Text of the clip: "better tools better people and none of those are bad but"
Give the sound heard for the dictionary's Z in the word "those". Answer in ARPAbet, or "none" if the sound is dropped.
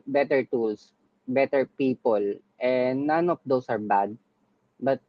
S